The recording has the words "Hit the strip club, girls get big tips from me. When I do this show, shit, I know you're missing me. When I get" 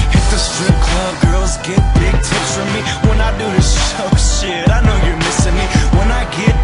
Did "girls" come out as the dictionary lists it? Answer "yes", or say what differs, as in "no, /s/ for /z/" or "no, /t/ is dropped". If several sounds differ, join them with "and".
yes